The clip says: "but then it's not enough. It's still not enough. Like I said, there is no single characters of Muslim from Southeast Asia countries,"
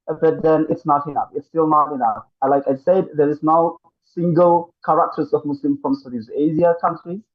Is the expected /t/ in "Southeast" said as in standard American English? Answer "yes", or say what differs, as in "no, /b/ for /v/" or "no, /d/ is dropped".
no, /t/ is dropped